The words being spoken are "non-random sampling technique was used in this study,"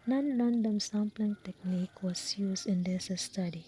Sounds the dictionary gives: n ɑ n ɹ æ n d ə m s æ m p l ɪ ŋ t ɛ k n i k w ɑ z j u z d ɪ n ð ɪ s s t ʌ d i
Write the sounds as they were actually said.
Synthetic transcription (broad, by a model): n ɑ n l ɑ n d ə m s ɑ m p l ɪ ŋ t ɛ k n i k w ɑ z j u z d ɪ n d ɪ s s t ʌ d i